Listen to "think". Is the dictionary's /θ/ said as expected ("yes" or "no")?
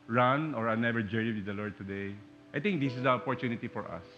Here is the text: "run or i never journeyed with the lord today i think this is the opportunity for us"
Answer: no